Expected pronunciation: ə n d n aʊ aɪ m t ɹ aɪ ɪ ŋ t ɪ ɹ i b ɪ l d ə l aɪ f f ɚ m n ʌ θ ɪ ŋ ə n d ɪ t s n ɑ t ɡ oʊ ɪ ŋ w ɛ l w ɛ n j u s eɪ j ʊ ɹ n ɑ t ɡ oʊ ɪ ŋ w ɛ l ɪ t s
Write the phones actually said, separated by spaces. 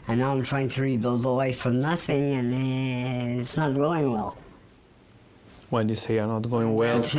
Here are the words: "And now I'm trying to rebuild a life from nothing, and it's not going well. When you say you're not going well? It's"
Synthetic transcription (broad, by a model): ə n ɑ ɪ aɪ m t ɹ aɪ ɪ ŋ t ɪ ɹ i b ɪ l d ə w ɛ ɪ f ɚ n ʌ θ ɪ ŋ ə n ɪ t s n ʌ t ɡ oʊ ɪ ŋ w ɛ l w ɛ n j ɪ s eɪ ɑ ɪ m n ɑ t ɡ oʊ ɪ ŋ w ɛ l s